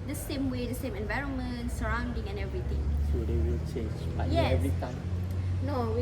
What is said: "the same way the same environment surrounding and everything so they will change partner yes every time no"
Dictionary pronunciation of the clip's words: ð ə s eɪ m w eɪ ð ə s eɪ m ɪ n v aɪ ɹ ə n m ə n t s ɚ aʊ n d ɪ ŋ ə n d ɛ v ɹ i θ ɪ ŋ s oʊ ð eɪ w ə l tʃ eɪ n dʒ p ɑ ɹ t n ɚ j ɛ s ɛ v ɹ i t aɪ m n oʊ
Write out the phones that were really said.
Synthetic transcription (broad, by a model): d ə s eɪ m w eɪ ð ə s eɪ m ɪ n v aɪ ɹ ə n m ə n t s ɚ aʊ n d ɪ ŋ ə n ɛ v ɹ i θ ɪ ŋ s oʊ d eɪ w ə l tʃ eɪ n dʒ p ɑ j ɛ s ɛ v ɹ i t aɪ m n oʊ